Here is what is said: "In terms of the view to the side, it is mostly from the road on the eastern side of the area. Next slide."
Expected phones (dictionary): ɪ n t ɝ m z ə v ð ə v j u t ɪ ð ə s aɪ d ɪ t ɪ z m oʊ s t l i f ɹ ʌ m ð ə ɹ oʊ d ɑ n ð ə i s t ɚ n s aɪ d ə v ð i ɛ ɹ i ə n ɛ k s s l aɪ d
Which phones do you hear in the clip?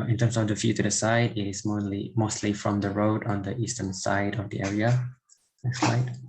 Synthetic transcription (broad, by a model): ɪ n t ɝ m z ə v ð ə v j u t ɪ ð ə s aɪ d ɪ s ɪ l m oʊ s t l i f ɹ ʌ m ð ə ɹ oʊ d ɑ n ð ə i s t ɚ n s aɪ d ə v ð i ɛ ɹ i ə l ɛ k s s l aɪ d